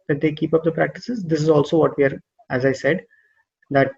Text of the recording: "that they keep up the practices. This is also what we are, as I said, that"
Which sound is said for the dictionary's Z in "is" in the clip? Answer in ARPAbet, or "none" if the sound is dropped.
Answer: Z